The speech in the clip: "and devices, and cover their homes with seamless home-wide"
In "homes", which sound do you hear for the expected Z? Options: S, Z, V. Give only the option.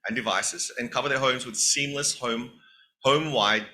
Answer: Z